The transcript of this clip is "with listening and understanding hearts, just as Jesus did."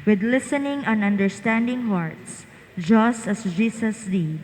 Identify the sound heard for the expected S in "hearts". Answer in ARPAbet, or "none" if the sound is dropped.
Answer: S